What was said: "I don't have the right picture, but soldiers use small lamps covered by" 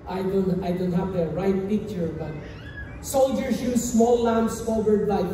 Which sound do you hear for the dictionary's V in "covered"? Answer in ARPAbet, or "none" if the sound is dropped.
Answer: W